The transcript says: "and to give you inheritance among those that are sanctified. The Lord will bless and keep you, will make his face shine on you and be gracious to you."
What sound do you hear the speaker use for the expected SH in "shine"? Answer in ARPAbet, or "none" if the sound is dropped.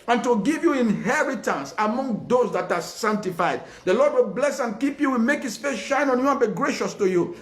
SH